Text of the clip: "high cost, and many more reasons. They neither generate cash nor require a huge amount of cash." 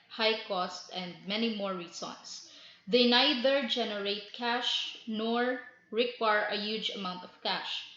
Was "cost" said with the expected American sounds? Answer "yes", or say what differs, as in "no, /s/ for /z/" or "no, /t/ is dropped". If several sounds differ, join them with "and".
yes